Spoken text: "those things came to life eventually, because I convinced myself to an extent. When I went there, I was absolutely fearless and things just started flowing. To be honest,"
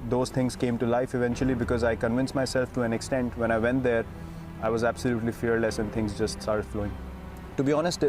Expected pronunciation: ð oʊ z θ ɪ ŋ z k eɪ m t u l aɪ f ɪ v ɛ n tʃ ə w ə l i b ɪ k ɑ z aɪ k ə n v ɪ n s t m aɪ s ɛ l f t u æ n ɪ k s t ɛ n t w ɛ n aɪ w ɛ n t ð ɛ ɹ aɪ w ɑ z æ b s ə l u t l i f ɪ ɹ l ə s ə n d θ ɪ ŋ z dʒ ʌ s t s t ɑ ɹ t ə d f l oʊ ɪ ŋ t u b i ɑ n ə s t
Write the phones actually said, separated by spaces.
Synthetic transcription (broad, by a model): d oʊ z t ɪ ŋ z k eɪ m t u l aɪ f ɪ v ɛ n tʃ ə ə l i b ɪ k ɑ z aɪ k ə n v ɪ n s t m aɪ s ɛ l f t u æ n ɪ k s t ɛ n t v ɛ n aɪ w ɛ n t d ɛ ɹ aɪ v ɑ z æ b s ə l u t l i f ɪ ɹ l ə s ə n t ɪ ŋ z dʒ ʌ s t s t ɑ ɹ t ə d f l oʊ ɪ ŋ t u b i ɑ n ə s t